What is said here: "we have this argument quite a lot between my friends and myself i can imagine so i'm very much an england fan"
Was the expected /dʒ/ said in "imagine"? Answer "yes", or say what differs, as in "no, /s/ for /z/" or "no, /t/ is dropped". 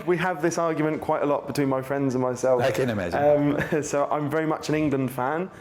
no, /z/ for /dʒ/